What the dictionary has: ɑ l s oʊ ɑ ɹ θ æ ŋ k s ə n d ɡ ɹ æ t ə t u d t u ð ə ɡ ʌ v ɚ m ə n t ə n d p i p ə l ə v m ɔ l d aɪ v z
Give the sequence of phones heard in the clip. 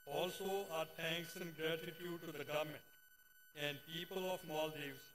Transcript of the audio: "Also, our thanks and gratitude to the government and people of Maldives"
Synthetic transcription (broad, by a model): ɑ l s oʊ ɑ ɹ t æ ŋ k s ə n d ɡ ɹ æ t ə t u d t u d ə ɡ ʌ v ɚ m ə n t ə n d p i p ə l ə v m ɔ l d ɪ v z